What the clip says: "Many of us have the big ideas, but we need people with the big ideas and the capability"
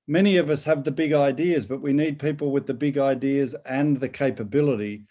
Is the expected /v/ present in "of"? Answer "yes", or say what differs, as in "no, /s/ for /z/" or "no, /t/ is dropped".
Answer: yes